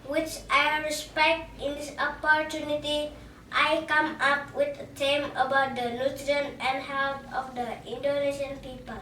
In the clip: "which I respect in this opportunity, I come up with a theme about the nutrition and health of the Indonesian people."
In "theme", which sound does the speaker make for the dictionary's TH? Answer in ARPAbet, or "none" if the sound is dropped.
T